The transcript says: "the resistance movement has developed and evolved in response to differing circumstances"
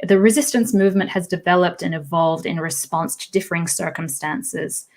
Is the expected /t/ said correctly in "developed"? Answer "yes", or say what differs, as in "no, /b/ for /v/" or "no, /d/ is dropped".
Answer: yes